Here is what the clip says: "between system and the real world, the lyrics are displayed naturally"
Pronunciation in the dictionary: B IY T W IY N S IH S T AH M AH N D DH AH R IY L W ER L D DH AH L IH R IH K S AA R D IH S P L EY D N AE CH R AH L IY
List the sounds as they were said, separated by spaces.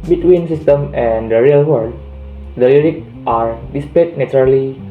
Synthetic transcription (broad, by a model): B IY T W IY N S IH S T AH M AH N D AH R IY L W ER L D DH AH L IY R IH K AA R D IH S P L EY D N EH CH R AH L IY